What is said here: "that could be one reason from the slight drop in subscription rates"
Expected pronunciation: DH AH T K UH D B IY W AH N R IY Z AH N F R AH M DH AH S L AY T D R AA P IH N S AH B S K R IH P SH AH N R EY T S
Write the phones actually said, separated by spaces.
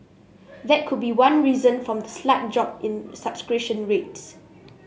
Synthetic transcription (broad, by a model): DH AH T K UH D B IY W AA N R IY Z AH N F R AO M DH AH S L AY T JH AA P IH N S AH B S K R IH SH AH N R EY T S